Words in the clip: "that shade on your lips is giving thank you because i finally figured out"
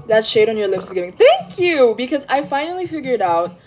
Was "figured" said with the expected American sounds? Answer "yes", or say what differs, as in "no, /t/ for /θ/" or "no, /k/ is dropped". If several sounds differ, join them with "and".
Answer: yes